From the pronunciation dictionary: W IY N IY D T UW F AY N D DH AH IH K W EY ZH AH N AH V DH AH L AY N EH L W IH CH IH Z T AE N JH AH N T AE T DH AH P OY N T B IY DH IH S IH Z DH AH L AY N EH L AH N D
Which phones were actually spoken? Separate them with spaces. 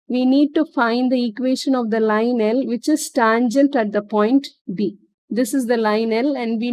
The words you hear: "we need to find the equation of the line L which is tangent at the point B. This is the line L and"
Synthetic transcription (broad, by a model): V IY N IY D T UW F AY N D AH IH K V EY SH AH N AH V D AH L AY N EH L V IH CH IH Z T AE N JH AH N T AE T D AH P OY N T B IY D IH S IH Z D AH L AY N EH L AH N D